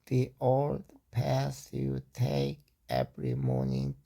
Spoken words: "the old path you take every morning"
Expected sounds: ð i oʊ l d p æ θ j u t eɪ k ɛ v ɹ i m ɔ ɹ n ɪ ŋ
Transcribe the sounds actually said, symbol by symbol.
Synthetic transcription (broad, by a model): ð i oʊ l d p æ s j u t eɪ k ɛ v ɹ i m ɔ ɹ n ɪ ŋ